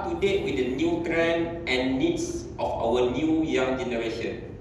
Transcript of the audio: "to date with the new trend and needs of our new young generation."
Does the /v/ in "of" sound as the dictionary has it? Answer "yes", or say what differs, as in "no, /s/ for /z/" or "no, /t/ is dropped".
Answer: no, /f/ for /v/